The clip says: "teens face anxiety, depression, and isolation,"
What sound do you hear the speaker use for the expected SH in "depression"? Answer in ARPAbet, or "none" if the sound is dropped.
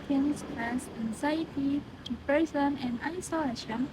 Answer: S